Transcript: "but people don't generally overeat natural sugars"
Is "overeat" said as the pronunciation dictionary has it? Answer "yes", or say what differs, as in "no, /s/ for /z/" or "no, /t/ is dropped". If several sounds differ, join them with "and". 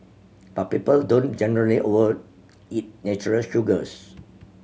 no, /w/ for /v/